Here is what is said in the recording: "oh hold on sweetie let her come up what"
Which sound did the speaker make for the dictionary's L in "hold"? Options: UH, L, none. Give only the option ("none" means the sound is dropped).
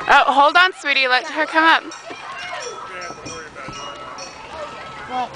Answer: L